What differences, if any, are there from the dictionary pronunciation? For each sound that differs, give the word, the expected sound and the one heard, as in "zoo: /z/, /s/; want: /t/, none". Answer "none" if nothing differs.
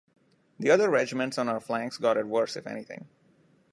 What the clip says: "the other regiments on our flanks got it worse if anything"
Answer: anything: /θ/, /t/